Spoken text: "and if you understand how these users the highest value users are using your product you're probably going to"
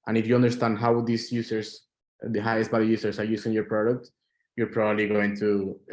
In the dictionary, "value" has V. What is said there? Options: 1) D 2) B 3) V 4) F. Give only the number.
2